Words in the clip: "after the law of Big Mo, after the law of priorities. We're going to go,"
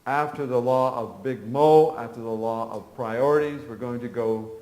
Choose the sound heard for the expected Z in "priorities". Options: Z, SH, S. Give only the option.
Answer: Z